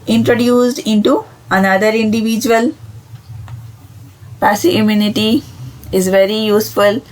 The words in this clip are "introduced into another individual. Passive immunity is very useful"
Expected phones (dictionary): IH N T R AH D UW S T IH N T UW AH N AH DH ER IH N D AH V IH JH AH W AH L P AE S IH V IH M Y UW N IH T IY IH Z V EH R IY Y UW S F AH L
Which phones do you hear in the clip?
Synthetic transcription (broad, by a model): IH N T R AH D UW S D IH N T UW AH N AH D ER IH N D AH V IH JH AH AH L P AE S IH IH M Y UW N IH T IY IH Z V EH R IY Y UW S F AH L